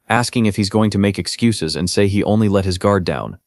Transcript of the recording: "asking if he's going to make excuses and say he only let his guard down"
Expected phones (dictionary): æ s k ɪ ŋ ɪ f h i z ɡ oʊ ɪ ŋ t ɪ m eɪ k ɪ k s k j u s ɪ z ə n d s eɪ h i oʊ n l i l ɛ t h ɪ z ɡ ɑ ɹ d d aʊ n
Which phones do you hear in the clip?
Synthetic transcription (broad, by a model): æ s k ɪ ŋ ɪ f h i z ɡ oʊ ɪ ŋ t ɪ m eɪ k ɪ k s k j u s ɪ z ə n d s eɪ i oʊ n l i l ɛ t h ɪ z ɡ ɑ ɹ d d aʊ n